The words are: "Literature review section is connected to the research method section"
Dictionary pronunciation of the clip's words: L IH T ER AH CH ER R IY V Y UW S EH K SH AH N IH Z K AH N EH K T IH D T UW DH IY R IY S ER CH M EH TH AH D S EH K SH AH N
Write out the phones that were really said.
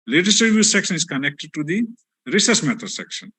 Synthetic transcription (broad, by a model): L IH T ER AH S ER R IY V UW S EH K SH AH N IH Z K AH N EH K T IH D T UW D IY R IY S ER S M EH T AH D S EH K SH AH N